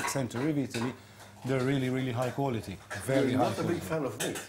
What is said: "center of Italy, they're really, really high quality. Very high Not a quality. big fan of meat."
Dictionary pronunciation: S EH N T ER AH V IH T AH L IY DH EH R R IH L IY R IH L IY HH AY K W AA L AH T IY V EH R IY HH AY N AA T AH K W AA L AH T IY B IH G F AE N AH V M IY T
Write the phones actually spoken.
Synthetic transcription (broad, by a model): S EH N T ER AH V IH T AH L IY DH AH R R IH L IY R IH L IY HH AY K W AA L AH T IY V EH R IY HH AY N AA AH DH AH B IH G F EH L AH V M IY